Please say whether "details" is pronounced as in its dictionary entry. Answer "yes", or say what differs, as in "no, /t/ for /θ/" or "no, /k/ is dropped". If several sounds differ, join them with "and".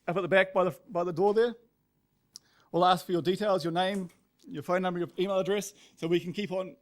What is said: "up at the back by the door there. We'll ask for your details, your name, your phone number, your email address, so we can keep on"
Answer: yes